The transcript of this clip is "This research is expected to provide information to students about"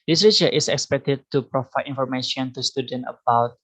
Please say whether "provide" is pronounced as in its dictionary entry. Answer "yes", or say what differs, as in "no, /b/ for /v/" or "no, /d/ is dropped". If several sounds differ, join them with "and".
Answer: no, /d/ is dropped